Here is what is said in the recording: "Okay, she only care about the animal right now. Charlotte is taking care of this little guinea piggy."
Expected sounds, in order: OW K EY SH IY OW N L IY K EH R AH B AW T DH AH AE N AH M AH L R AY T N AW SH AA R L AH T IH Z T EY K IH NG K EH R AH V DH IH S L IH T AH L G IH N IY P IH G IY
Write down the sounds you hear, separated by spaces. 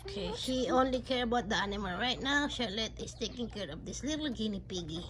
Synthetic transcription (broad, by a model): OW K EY SH IY OW N L IY K EH R AH B AW T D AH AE N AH M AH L R AY T N AW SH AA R L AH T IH S T EY K IH NG K EH R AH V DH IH S L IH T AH L G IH N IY P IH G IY